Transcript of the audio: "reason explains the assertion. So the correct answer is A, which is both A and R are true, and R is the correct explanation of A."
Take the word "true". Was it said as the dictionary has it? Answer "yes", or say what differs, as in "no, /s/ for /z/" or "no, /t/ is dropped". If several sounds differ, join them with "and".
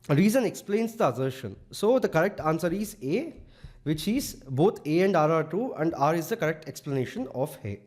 no, /ɹ/ is dropped